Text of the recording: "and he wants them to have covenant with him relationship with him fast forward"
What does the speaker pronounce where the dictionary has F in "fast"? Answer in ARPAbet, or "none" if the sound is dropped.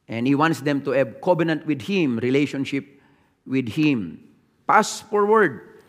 P